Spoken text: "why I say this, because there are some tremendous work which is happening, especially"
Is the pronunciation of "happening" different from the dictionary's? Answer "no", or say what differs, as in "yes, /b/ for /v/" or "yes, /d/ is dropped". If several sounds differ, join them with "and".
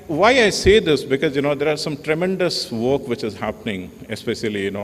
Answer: no